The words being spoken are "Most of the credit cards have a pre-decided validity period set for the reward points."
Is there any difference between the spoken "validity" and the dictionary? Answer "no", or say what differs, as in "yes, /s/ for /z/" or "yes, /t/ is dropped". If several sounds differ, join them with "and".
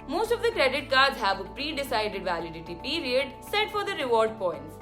no